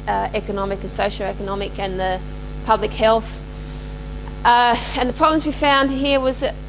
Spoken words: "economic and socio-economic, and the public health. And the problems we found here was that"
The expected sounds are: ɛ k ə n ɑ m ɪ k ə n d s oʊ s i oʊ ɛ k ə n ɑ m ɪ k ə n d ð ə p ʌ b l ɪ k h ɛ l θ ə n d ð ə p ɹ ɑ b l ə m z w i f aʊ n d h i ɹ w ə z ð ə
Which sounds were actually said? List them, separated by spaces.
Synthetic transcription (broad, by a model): ɛ k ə n ɑ m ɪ k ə n s oʊ ʃ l ɛ k ə n ɑ m ɪ k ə n ð ə p ʌ b l ɪ k h ɛ l θ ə n ð ə p ɹ ɑ b l ə m z w i f aʊ n d h i ɹ w ə z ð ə